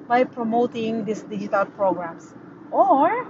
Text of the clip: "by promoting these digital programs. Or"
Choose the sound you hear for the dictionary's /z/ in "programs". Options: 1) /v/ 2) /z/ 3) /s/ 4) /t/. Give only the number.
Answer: 3